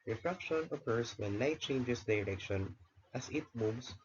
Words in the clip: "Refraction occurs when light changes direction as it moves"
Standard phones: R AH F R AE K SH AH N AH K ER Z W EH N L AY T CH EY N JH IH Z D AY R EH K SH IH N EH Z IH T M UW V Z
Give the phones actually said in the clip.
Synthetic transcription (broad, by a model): R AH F R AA K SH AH N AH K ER S W EH N L AY T CH EY N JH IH S D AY R EH K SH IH N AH S IH T M UW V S